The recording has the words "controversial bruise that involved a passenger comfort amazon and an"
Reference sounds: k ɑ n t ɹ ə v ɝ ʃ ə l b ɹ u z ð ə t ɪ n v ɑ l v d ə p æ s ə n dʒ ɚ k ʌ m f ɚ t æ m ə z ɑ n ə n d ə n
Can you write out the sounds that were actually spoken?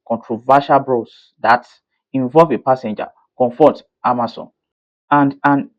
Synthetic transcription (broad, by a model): k ɑ n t ɹ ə v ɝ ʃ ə l b ɹ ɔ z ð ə t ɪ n v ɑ l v ə p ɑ s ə n dʒ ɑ k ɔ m f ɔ t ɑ m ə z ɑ n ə n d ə n